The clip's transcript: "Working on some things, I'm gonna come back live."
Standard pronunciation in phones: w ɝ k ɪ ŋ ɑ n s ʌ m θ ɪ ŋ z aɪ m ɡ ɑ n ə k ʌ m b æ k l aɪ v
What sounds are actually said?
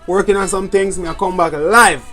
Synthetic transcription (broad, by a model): w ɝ k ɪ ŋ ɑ n s ʌ m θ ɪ ŋ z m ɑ ə k ʌ m b æ k l aɪ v